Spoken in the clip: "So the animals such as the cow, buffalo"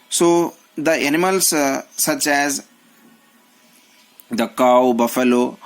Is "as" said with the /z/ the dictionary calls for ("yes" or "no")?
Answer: yes